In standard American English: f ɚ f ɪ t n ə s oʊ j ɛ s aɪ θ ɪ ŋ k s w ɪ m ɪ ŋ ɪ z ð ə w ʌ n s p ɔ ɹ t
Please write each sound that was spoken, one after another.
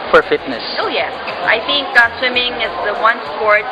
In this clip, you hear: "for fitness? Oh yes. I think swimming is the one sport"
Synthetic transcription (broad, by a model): f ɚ f ɪ t n ə s oʊ j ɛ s aɪ θ ɪ ŋ k s w ɪ m ɪ ŋ ɪ z ð ə w ʌ n s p ɔ ɹ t